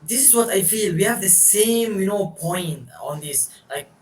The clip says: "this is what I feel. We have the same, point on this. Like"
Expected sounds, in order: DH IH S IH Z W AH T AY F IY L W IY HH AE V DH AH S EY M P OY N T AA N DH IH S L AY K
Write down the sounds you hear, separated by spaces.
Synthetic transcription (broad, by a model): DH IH S IH Z W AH T AY F IY L W IY HH AE V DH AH S EY M P OY N T AA N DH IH S L AY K